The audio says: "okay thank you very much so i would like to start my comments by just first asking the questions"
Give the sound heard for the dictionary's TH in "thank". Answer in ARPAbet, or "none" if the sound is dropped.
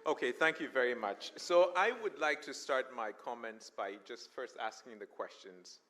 TH